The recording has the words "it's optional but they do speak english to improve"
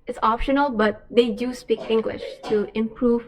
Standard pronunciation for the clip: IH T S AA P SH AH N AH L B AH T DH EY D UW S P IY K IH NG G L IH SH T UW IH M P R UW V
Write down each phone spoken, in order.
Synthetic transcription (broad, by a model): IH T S AA P SH AH N AH L B AH T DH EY D UW S P IY K IH NG G L IH SH T UW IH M P R UW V